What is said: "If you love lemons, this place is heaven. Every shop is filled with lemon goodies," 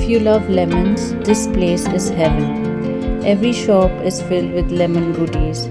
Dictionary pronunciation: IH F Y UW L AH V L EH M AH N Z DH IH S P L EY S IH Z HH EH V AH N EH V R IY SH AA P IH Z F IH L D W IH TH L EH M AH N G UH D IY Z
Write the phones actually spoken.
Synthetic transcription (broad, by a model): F Y UW L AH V L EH M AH N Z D IH S P L EY S IH Z HH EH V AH EH V R IY SH AA P IH Z F IH L D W IH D L EH M AH N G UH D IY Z